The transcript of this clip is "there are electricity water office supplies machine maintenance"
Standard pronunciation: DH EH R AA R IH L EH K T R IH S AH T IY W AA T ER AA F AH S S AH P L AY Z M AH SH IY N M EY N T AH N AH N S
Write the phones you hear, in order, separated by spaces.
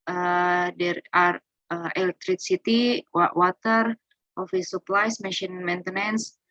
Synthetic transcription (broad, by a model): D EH R AA R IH L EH K T R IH S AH T IY W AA T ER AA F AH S S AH P L AY S M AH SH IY N M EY N T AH N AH N S